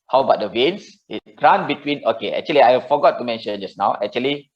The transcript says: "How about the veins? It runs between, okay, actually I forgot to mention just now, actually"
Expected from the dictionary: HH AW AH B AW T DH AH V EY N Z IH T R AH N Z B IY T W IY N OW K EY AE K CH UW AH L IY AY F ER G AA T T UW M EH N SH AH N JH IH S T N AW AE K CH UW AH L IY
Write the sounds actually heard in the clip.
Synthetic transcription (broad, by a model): HH AW B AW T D AH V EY N S IH T R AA N B IY T W IY N OW K EY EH K CH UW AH L IY AY F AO G AA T T UW M EH N SH AH N JH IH S N AW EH K CH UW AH L IY